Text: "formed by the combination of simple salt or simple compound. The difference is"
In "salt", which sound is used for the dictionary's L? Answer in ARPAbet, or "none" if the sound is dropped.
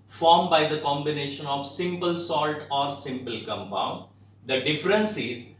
L